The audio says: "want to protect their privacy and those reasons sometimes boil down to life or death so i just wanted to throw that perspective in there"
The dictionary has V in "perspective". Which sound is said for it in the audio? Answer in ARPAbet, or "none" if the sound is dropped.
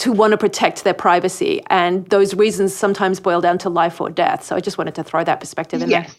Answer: V